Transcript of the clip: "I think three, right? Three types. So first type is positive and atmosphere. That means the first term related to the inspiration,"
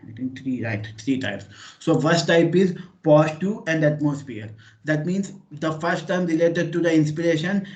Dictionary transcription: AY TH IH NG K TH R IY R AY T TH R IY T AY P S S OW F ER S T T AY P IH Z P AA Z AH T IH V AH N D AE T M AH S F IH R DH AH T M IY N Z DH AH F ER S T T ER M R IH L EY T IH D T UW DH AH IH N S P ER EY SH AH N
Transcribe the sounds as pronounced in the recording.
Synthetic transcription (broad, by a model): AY T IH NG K T R IY R AY T T R IY T AY P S S OW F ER S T T AY P IH Z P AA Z T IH AH N D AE T M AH S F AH R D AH T M IY N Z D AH F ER S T T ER M R IH L EY T IH D T UW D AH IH N S P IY EY SH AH N